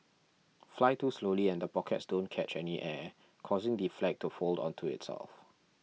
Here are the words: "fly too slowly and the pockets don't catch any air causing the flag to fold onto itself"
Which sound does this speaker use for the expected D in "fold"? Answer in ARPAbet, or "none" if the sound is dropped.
D